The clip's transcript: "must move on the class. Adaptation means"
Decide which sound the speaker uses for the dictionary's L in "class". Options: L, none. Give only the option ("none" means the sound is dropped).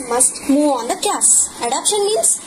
none